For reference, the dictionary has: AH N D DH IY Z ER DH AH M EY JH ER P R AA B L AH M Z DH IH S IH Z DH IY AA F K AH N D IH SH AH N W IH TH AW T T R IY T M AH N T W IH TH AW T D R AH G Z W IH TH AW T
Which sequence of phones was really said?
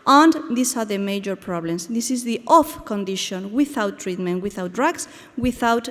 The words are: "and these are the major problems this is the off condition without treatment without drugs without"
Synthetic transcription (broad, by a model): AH N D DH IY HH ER DH AH M EY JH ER P R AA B L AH M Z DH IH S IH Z DH IY AA F K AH N D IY SH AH N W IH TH AW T T R IY T M AH N T W IH TH AW T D R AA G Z W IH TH AW T